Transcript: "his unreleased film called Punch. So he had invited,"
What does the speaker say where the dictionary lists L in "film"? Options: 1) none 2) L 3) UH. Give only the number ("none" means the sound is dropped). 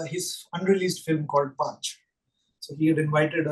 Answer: 2